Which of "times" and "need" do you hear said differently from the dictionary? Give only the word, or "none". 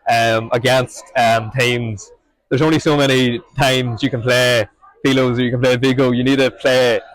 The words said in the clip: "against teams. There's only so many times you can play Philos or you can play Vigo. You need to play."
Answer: none